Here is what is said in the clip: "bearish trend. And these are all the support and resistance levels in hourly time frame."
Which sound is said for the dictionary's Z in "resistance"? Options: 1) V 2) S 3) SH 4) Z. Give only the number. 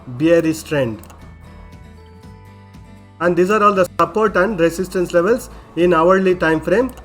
2